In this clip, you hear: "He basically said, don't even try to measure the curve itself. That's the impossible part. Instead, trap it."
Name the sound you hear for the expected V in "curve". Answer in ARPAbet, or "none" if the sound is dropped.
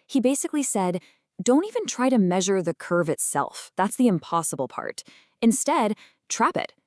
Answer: V